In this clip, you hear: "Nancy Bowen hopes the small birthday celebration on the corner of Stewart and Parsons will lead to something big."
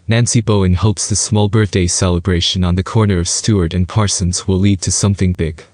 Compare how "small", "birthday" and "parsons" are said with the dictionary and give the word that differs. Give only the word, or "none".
none